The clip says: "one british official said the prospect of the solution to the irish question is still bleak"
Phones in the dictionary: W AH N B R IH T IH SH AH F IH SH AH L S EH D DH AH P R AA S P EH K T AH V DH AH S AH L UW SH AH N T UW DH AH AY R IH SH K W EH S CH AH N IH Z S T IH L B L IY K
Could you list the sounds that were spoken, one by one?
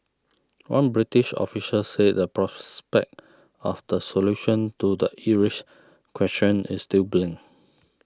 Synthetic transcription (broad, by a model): W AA N B R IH T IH SH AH F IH S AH S EH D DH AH P R AA S P EH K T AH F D AH S AH L UW SH AH N T UW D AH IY R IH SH K W EH S CH AH N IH S T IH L B L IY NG